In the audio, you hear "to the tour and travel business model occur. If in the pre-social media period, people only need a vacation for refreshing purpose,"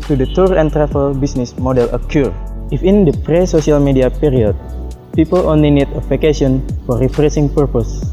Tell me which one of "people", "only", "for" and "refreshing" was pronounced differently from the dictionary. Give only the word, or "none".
refreshing